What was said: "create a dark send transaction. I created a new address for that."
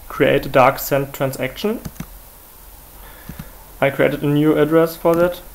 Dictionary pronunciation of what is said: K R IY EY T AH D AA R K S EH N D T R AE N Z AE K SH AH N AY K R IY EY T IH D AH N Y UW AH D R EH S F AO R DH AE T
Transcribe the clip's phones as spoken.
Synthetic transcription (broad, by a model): K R IY EY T AH D AA R K S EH N T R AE N S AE K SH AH N AY K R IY EY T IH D AH N Y UW AH D R EH S F AO R DH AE T